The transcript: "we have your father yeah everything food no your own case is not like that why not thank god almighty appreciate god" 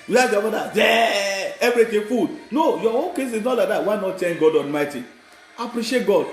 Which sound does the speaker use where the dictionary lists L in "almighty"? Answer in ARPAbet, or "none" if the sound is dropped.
N